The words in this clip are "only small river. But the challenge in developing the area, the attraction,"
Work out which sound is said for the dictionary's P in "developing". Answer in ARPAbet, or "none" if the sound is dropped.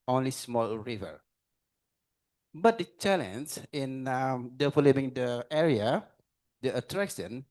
B